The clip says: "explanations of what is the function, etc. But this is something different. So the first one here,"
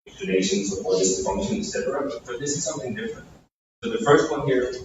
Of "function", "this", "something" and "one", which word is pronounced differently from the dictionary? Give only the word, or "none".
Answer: none